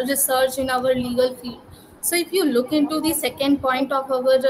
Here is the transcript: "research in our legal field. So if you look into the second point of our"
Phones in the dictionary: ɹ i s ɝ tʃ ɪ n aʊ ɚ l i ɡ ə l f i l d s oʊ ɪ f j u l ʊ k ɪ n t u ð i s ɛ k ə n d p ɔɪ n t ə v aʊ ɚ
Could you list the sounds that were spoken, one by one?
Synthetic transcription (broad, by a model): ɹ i s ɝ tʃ ɪ n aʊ ɚ l i ɡ ə l f i d s oʊ ɪ f j u l ʊ k ɪ n t u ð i s ɛ k ə n d p ɔɪ n t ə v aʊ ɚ